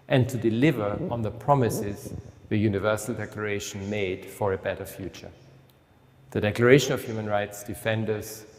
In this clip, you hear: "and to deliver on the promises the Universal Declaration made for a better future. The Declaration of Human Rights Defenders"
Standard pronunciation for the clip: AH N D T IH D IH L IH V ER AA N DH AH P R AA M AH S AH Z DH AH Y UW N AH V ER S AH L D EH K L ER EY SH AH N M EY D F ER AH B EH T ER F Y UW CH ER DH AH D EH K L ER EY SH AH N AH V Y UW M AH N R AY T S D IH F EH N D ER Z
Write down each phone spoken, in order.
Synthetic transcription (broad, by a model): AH N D T IH D IH L IH V ER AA N DH AH P R AA M AH S AH Z DH AH Y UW N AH V ER S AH L D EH K L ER EY SH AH N M EY D F ER AH B EH T ER F Y UW CH ER DH AH D EH K L ER EY SH AH N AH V Y UW M AH N R AY T S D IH F EH N D ER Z